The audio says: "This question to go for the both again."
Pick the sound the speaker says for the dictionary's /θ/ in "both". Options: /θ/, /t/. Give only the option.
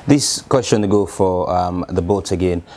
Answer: /t/